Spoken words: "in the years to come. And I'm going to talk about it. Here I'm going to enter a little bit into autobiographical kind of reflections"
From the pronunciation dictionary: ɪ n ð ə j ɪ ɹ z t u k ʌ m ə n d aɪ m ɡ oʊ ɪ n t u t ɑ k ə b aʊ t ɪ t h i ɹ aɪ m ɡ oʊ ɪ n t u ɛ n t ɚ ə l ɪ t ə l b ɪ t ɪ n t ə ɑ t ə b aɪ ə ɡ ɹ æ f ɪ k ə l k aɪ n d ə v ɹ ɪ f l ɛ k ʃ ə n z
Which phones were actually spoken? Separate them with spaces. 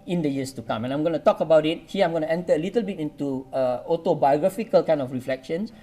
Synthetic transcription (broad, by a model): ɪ n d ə j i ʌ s t u k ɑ m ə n aɪ m ɡ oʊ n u t ɑ k ə b aʊ t ɪ t h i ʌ aɪ m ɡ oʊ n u ɛ n t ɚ ə l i t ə l b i t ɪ n t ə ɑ t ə b aɪ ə ɡ ɹ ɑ f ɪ k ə l k aɪ n ə f ɹ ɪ f l ɛ k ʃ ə n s